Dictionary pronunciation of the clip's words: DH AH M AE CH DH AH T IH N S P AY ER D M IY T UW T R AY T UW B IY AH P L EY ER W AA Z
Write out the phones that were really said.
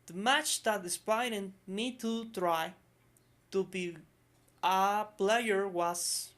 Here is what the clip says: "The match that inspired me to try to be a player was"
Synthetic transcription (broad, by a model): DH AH M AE CH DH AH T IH S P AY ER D M IY T UW T R AY T UW B IY AH P L EY ER W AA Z